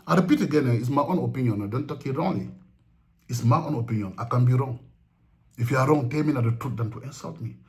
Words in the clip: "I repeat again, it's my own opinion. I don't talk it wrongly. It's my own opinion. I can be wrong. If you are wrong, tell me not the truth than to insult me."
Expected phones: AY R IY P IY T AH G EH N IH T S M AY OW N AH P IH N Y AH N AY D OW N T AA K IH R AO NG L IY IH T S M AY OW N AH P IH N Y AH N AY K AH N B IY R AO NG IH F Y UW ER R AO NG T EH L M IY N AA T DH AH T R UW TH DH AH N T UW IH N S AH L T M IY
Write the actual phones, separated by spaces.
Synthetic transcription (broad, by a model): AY R IY P IY T AH G EH N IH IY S M AY OW N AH P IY N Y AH N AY D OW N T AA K IH R AO NG L IY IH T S M AY OW N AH P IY N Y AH N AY K AH N B IY R AO NG IH F Y UW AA R AO NG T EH M IY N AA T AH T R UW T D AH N T UW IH N S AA L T M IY